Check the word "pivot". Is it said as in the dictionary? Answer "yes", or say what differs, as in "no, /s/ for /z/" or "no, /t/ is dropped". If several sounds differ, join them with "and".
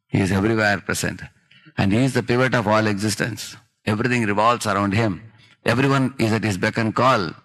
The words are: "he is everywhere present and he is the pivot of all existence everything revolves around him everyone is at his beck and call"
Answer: yes